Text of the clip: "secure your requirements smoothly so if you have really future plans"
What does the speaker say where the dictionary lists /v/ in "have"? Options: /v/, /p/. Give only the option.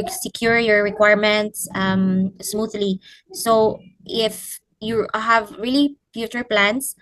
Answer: /v/